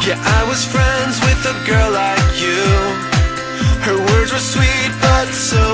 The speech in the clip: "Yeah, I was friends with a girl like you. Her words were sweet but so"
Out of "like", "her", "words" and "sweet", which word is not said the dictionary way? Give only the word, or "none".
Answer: none